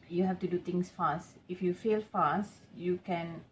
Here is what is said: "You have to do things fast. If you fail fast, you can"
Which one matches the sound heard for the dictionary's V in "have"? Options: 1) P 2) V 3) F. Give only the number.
3